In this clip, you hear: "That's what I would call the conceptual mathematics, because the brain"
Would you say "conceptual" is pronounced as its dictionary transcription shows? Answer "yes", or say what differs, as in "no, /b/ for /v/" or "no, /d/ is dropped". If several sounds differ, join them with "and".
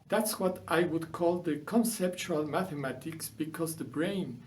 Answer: yes